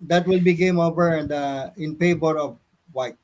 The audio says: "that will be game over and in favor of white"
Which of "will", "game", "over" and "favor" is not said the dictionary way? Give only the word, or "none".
favor